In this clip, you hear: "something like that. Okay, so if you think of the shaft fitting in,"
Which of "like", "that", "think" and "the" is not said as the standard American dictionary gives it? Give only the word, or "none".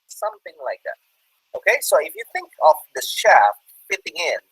none